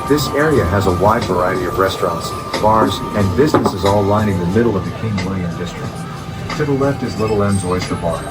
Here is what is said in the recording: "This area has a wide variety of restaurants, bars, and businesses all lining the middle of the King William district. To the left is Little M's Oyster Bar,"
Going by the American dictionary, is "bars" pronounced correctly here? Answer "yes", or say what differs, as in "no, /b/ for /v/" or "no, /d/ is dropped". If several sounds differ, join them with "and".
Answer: yes